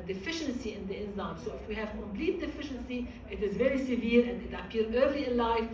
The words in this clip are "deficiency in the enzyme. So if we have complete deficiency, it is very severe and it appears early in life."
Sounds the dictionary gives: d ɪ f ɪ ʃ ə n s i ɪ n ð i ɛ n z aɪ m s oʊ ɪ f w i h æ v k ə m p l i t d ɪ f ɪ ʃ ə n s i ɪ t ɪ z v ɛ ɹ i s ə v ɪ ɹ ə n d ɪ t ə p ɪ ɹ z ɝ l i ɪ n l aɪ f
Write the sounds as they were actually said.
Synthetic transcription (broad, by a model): d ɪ f ɪ ʃ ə n s i ɪ n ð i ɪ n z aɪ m s oʊ ɪ f w i h æ v k ə m p l i t d ɪ f ɪ ʃ ə n s i ɪ t ɪ z v ɛ ɹ i s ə v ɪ ɹ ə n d ɪ t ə p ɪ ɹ ɝ l i ɪ n l aɪ f